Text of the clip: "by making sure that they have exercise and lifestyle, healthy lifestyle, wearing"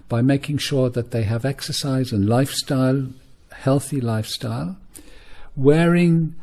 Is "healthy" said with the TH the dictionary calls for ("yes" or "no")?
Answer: yes